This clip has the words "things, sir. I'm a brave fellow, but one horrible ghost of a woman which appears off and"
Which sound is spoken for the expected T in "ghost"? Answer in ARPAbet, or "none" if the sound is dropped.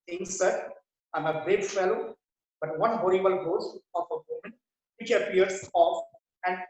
none